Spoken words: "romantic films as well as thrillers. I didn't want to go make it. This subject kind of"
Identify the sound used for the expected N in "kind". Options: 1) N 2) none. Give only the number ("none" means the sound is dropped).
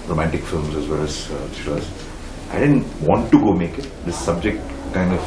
1